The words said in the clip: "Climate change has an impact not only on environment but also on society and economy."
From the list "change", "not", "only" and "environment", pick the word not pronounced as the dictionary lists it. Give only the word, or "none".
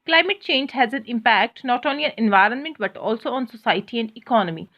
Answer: none